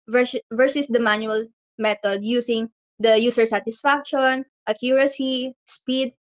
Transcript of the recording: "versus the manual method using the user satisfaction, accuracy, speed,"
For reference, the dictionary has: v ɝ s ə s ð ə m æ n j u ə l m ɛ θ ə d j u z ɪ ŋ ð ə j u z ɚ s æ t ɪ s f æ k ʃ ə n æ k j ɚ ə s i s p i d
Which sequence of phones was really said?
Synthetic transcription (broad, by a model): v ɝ s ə s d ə m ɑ n j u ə l m ɛ t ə d j u s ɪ ŋ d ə j u s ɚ s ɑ t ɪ s f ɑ k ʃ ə n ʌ k j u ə s i s p i d